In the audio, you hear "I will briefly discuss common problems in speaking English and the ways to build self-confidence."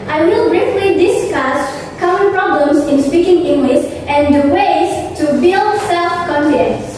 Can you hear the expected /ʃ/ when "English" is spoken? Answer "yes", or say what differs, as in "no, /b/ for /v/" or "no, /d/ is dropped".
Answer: no, /s/ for /ʃ/